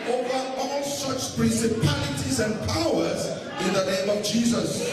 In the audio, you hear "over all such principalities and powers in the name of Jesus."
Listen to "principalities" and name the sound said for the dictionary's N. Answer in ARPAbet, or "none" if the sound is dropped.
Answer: N